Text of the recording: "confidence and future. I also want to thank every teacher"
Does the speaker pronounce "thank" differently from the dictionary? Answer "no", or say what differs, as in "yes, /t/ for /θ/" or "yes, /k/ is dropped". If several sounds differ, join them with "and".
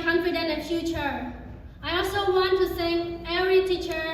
yes, /s/ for /θ/ and /k/ is dropped